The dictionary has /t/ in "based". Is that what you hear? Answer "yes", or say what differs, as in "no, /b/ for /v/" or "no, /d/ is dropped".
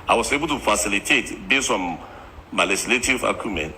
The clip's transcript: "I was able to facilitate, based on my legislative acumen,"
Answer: no, /t/ is dropped